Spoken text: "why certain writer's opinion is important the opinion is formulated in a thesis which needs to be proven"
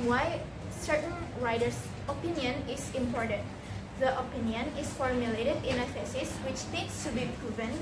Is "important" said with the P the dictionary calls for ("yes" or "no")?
yes